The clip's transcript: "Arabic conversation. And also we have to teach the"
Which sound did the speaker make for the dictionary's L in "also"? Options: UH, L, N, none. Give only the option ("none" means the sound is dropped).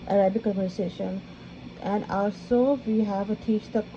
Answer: L